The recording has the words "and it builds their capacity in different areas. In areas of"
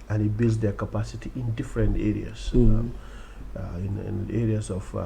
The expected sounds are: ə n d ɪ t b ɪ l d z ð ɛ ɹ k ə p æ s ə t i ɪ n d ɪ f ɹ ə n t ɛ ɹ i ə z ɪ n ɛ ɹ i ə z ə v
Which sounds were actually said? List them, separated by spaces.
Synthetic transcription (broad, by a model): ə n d ɪ t b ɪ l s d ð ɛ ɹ k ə p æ s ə t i ɪ n d ɪ f ɹ ə n t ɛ ɹ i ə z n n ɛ ɹ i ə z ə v